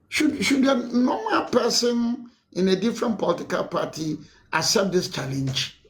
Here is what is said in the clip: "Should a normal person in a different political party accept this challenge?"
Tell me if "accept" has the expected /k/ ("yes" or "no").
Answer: no